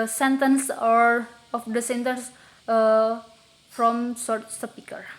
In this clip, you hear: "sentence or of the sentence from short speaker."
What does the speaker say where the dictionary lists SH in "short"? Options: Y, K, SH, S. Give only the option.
S